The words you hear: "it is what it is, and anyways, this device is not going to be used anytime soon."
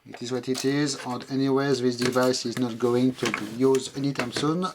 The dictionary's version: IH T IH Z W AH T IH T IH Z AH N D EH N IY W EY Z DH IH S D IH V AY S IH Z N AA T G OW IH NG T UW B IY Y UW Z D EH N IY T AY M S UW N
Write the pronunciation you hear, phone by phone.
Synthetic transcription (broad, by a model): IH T IH Z W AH T IH T IH Z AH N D EH N IY W EY Z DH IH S D IH V AY S IH Z N AA T G OW IH NG T UW B IY Y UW Z EH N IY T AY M S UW N